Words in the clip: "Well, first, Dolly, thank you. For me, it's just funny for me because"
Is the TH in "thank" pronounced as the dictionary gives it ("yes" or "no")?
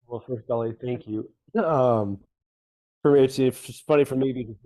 yes